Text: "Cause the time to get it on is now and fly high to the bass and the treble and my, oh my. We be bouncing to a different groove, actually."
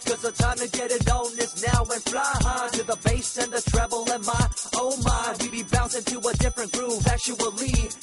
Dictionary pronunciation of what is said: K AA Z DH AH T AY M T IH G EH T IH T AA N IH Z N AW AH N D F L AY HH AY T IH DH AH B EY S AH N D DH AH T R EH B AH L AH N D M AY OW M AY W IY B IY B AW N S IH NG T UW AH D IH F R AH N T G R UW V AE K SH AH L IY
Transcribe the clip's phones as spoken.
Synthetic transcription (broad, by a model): K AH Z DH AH T AY M T IH G EH T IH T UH N IH S N AW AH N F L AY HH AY T IH DH AH B EY S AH N DH AH T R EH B L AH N M AY OW M AY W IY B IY B AW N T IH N T UW AH D IH F R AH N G R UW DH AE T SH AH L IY